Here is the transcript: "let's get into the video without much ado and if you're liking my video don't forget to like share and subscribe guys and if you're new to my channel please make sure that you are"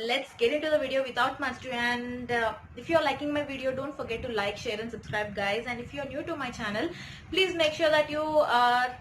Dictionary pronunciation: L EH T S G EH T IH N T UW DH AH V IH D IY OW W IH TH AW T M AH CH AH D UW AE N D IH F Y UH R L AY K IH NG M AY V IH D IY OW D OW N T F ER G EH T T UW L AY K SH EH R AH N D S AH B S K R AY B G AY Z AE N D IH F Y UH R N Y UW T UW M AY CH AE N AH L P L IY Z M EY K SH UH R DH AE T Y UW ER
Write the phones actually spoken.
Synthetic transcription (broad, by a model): L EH T S G EH T IH N T UW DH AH V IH D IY OW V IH T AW T M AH S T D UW AE N D IH F Y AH R L AY K IH NG M AY V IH D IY OW D OW N T F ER G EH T T UW L AY K SH EH R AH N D S AH B S K R AY B G AY Z AE N D IH F Y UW R N Y UW T UW M AY CH AE N AH L P L IY Z M EY K SH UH R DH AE T Y UW